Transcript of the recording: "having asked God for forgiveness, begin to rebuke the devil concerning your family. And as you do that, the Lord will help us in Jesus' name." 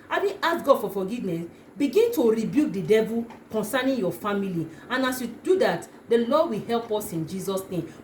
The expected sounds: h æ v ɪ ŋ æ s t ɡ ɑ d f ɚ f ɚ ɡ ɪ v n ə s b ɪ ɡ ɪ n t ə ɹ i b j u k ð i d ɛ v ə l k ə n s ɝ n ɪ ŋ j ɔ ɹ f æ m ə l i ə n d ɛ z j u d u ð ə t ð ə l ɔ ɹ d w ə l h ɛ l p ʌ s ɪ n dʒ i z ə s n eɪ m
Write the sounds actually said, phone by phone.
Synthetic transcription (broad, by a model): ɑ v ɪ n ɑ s ɡ ɑ d f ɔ f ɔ ɡ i v n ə s b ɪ ɡ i n t ə ɹ i b j u k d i d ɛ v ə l k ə n s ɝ n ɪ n j ɔ f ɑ m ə l i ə n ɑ s j u d u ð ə t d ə l ɔ d w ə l h ɛ l p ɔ s ɪ n dʒ i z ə s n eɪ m